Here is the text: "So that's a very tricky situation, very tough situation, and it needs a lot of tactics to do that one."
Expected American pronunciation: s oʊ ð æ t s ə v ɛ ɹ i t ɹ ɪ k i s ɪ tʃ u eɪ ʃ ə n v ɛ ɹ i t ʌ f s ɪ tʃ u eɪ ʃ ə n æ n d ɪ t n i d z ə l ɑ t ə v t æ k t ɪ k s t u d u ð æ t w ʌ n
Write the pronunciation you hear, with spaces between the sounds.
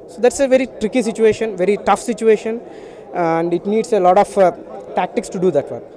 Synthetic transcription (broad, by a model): s oʊ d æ t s ə v ɛ ɹ i t ɹ ɪ k i s ɪ tʃ u eɪ ʃ ə n v ɛ ɹ i t ʌ f s ɪ tʃ u eɪ ʃ ə n æ n d ɪ t n i d s ə l ɑ t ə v t æ k t ɪ k s t u d u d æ t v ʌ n